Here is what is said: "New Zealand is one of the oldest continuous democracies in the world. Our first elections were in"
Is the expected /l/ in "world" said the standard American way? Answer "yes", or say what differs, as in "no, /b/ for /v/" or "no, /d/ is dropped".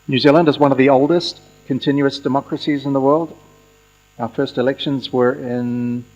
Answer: yes